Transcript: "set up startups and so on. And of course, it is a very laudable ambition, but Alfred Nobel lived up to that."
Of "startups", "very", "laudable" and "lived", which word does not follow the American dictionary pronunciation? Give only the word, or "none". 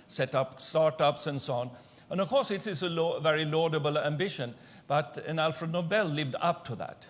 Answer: none